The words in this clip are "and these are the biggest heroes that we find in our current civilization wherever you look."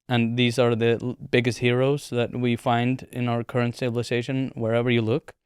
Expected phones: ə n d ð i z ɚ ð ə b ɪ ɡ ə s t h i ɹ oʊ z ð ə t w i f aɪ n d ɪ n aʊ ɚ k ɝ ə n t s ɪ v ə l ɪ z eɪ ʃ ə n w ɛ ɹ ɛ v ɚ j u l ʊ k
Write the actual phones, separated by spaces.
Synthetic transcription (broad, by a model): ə n ð i z ɚ ð ə b ɪ ɡ ə s t h i ɹ oʊ z ð ə t w i f aɪ n d ɪ n aʊ ɚ k ɝ ə n t s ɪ b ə l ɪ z eɪ ʃ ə n w ɛ ɹ ɛ v ɚ j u l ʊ k